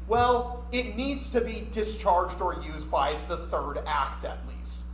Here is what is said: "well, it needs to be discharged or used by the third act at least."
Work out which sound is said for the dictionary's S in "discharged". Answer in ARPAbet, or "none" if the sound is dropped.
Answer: S